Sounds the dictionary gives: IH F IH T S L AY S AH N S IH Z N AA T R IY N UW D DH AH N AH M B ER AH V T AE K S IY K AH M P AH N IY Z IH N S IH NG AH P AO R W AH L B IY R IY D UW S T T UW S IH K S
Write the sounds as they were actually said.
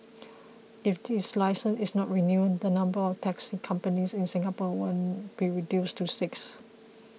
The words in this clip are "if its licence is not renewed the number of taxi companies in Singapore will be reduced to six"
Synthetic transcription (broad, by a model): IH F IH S L AY S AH N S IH S N AA T R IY N UW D AH N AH M B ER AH F T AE K S IY K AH M P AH N IY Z IH N S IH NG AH P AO W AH N B IY R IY D UW S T T UW S IH K S